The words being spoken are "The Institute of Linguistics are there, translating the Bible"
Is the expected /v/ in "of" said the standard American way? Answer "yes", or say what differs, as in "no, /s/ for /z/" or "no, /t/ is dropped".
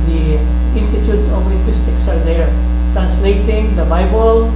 no, /p/ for /v/